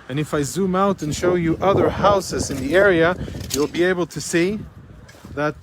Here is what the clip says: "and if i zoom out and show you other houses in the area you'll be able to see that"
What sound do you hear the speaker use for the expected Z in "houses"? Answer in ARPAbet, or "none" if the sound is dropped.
Z